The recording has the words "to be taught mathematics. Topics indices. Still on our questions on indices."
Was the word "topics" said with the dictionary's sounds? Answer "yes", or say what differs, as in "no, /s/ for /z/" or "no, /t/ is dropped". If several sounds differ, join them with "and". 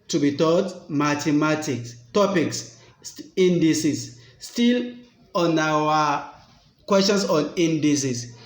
yes